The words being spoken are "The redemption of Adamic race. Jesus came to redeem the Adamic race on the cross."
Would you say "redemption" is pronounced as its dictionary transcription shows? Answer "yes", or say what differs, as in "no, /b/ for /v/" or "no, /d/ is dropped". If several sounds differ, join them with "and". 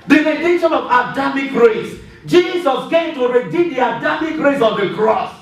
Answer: no, /m/ is dropped